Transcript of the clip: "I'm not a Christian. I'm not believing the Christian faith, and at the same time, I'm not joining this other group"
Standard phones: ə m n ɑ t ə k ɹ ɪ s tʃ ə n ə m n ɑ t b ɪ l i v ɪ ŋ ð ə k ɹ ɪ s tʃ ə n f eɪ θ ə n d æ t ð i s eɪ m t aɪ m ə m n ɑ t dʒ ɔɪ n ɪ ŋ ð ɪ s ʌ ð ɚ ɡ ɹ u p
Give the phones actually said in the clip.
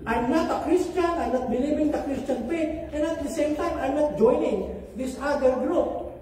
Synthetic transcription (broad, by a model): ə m n ɑ t ə k ɹ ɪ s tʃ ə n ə n ɑ t b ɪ l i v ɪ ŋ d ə k ɹ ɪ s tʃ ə n p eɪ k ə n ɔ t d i s eɪ m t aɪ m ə n ɑ t dʒ ɔɪ n ɪ ŋ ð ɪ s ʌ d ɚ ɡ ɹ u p